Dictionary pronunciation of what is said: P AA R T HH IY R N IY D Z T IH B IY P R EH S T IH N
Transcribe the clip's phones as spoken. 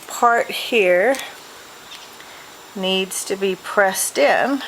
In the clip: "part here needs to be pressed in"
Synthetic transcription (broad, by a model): P AA R T HH IY R N IY D Z T IH B IY P R EH S T IH N